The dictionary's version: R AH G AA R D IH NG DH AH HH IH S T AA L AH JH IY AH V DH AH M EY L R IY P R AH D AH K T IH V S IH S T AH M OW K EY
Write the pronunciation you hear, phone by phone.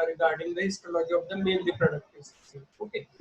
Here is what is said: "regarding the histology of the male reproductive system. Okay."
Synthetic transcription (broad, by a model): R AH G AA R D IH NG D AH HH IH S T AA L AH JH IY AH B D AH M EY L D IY P R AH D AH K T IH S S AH OW K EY